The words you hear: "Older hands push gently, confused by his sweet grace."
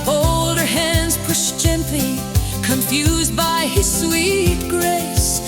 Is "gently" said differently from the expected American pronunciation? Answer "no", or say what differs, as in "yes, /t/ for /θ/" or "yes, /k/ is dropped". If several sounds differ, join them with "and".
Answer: yes, /l/ is dropped